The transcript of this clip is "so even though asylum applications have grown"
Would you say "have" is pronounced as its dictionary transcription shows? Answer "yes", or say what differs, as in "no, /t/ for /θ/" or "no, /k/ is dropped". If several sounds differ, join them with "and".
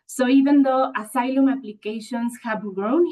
no, /b/ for /v/